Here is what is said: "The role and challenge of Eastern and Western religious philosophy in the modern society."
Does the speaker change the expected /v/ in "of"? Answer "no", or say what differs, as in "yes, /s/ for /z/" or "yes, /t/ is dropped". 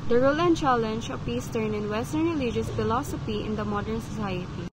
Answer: yes, /p/ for /v/